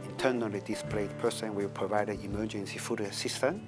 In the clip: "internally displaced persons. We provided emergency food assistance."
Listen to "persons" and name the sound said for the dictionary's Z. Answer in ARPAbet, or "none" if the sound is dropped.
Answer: none